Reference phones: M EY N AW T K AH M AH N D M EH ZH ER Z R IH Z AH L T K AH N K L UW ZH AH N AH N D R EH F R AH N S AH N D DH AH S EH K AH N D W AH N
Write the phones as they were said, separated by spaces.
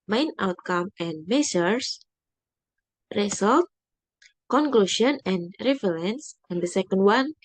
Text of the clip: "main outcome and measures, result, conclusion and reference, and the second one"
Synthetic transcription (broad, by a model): M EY N AW T K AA M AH N M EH S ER S R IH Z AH L T K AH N K L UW SH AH N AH N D R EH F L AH N S AH N D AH S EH K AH N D W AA N